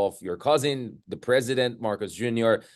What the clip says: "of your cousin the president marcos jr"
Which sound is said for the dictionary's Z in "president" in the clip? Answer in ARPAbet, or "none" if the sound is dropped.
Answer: Z